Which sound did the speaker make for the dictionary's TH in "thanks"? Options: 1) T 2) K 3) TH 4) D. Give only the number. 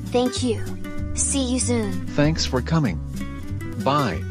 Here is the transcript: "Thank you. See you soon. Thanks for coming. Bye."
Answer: 3